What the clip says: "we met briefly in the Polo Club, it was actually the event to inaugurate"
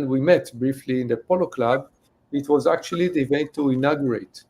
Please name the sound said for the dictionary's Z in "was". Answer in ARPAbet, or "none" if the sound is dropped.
Z